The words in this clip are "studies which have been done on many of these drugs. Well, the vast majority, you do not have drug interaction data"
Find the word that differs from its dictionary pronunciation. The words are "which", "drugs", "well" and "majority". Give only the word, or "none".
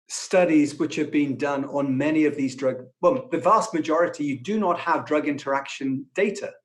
drugs